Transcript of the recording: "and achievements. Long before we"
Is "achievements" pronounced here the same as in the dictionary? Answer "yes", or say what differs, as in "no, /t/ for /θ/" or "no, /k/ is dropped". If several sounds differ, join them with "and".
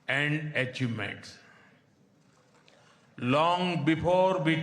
no, /v/ is dropped and /n/ is dropped